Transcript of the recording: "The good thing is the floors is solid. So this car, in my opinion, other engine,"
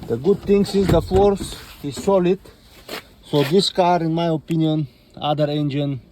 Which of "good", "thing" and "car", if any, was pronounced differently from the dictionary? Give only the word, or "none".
thing